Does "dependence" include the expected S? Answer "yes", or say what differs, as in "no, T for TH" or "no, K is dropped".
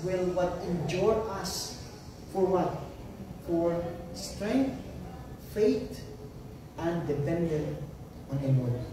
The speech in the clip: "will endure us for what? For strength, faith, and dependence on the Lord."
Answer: no, S is dropped